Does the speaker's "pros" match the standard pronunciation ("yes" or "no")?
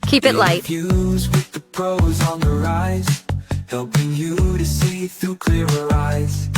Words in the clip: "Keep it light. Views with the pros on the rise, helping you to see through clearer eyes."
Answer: yes